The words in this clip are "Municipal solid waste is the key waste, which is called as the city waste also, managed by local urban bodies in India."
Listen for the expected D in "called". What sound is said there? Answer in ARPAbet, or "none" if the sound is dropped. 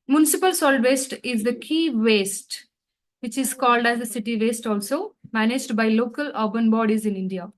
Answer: D